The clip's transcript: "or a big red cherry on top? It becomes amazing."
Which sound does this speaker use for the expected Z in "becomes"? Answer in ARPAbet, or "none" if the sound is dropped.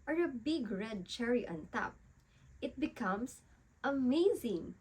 S